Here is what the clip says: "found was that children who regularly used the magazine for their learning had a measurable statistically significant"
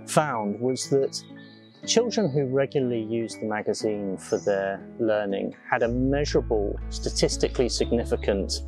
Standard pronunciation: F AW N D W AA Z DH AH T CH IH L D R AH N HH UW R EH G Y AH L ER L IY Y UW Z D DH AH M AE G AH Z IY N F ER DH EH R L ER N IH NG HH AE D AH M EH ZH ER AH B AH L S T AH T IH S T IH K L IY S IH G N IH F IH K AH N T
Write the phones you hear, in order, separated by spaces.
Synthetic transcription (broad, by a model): F AW N D W AA Z DH AH T CH IH L D R AH N HH UW R EH G Y L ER L IY Y UW Z DH AH M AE G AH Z IY N F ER DH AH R L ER N IH NG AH D AH M EH ZH ER AH B AH L S T AH T IH S T IH K L IY S IH G N IH F IH K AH N T